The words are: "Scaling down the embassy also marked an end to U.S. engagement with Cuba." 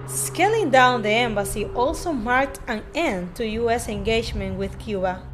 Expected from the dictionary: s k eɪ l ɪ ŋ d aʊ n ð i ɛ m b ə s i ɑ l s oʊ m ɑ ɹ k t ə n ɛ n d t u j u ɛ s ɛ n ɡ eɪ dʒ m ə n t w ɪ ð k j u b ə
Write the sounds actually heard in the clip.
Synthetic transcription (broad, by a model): s k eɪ l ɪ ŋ d aʊ n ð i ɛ m b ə s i ɑ l s oʊ m ɑ ɹ k t ə n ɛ n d t u j u ɛ s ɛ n ɡ eɪ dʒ m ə n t w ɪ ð k j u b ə